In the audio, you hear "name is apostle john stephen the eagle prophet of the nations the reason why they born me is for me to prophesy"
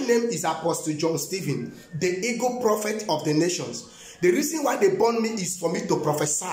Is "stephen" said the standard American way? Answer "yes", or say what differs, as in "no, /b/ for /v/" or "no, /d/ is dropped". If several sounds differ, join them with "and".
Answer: yes